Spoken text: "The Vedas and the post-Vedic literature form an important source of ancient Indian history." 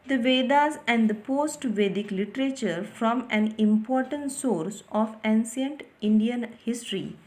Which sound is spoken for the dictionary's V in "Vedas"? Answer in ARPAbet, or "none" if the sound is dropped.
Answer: V